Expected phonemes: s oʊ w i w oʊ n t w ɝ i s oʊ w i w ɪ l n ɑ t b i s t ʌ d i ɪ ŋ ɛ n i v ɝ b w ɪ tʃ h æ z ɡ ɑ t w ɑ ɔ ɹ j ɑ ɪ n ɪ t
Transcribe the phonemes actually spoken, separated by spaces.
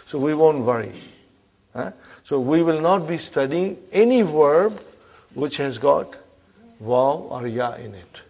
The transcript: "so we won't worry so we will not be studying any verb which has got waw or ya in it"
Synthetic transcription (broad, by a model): s oʊ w i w oʊ n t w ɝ i s oʊ w i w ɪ l n ɑ t b i s t ʌ d i ɪ ŋ ɛ n i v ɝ b w ɪ tʃ h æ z ɡ ɑ t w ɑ ɔ ɹ j ɑ ɪ n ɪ t